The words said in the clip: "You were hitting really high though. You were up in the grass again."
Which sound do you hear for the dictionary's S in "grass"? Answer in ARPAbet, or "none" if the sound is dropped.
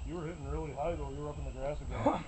S